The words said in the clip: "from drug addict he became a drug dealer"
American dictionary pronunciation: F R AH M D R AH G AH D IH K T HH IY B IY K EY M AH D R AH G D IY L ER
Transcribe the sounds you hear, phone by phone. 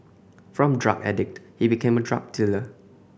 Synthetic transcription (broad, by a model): F R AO M D R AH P AH D IH K T HH IY B IY K EY M AH D R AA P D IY L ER